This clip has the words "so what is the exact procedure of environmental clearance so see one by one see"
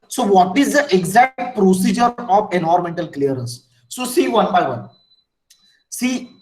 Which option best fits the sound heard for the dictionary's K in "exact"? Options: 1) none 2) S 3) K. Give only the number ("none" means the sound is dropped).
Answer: 3